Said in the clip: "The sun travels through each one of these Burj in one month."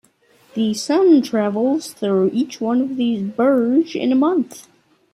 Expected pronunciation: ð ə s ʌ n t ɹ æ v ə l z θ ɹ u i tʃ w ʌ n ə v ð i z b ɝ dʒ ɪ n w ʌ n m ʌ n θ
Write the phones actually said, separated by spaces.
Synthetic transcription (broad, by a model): ð ə s ʌ n t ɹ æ v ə l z θ ɹ u i tʃ w ʌ n ə v ð i z b ɝ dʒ ɪ n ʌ m ʌ n θ